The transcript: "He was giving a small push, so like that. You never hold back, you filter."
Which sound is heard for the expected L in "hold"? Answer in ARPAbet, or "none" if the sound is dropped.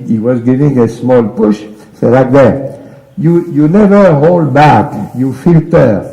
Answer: L